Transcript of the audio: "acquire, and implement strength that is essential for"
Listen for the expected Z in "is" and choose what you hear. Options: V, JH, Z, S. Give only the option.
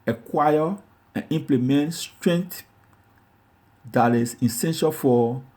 S